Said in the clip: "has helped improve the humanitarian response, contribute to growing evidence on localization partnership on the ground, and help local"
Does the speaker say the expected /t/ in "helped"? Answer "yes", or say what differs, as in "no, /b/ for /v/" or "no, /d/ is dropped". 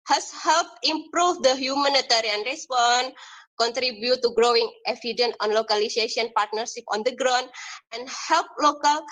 no, /t/ is dropped